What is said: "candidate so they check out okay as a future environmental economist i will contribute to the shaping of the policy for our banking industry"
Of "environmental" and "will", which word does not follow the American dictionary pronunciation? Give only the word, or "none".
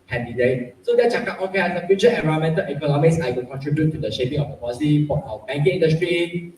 environmental